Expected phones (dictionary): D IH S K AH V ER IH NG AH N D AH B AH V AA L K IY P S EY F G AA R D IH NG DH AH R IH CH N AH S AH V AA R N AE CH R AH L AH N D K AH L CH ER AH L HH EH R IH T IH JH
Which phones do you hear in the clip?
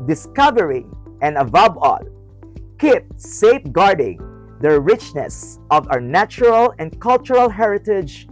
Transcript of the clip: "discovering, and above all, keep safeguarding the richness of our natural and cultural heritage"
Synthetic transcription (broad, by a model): D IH S K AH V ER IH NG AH N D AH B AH B AA L K IY P S EY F G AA R D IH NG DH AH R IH CH N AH S AH V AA W N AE CH R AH L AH N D K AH L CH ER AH L HH EH R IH T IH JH